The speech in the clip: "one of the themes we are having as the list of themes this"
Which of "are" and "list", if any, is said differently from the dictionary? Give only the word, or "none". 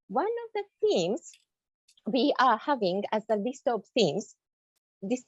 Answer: none